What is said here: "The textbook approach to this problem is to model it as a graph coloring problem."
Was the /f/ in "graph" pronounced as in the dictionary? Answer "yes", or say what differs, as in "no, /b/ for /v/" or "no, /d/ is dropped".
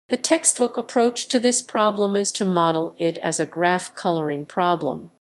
yes